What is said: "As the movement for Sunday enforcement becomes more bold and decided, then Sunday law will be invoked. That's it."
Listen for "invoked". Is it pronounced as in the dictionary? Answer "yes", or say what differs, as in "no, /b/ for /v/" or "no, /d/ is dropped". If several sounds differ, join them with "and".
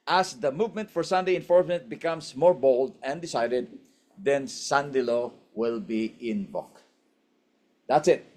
no, /b/ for /v/